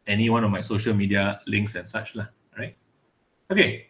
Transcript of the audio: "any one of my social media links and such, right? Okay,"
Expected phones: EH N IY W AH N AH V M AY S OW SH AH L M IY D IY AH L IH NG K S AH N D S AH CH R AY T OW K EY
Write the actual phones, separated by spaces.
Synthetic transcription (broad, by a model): EH N IY W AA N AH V M AY S OW SH AH L M IY D IY AH L IH NG K S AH N S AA CH R AY T OW K EY